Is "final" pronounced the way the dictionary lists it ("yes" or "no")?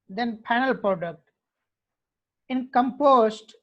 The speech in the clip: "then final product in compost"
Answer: no